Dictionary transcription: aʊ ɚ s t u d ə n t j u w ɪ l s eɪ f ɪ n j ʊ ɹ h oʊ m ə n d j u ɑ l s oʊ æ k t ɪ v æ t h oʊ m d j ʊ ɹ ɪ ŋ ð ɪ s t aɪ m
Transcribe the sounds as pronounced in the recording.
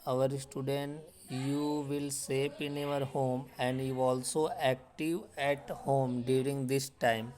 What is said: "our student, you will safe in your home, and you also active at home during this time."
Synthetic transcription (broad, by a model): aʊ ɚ s t u d ə n t j u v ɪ l s eɪ p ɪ n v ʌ ɹ h oʊ m ə n d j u ɑ l s oʊ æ k t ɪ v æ t h oʊ m d j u ɹ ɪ ŋ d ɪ s t aɪ m